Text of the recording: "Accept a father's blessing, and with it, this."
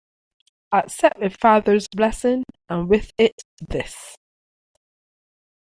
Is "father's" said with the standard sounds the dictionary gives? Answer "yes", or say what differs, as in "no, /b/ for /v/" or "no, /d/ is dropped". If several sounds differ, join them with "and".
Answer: yes